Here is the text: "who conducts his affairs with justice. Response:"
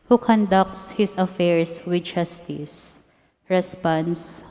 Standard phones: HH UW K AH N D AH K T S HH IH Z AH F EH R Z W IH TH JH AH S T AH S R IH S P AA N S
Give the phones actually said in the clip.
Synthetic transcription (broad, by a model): HH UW K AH N D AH K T S HH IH S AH F EH R S W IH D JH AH S T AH S R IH S P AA N S